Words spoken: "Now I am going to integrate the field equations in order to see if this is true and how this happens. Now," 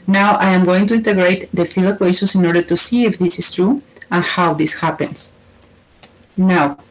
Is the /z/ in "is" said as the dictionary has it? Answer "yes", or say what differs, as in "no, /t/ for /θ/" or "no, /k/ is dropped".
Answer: no, /s/ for /z/